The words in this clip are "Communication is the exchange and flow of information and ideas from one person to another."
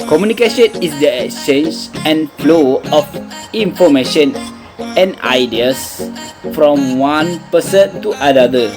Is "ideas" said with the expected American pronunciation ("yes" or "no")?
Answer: no